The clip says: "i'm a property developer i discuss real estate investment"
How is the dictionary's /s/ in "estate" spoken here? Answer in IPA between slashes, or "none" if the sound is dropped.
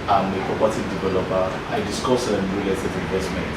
none